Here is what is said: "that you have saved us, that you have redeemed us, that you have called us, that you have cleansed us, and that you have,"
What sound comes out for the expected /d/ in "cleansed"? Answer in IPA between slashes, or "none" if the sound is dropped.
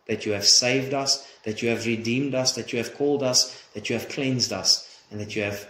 /d/